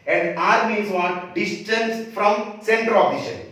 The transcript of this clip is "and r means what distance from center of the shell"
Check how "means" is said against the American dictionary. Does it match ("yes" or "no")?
no